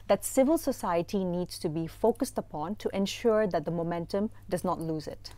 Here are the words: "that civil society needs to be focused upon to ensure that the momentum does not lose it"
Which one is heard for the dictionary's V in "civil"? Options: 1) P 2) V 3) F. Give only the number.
2